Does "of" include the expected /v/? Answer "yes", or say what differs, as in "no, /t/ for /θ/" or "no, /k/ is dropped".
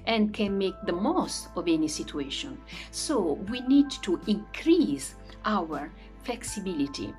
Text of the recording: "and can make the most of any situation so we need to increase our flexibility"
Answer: yes